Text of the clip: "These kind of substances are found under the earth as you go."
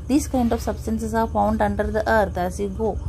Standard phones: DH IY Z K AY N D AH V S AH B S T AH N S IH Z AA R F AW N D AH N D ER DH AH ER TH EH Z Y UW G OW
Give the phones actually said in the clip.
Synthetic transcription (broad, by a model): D IY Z K AY N D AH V S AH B S T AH N S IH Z AA R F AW N D AH N D ER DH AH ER T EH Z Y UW G OW